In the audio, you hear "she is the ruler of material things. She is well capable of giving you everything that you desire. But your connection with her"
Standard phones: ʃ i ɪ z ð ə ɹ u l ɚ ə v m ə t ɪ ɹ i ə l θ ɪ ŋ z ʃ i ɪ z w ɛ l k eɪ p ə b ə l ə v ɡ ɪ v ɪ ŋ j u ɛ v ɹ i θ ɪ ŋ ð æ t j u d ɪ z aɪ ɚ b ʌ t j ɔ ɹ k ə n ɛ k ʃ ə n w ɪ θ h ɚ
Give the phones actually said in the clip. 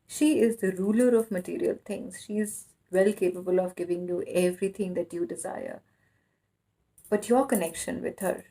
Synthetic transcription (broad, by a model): ʃ i ɪ z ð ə ɹ u l ɚ ə v m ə t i ɹ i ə l t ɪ ŋ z ʃ i ɪ z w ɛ l k eɪ p ə b ə l ə v ɡ ɪ v ɪ ŋ j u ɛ v ɹ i t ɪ ŋ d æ t j u d ɪ z aɪ ɚ b ʌ t j ɔ ɹ k ə n ɛ k ʃ ə n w ɪ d h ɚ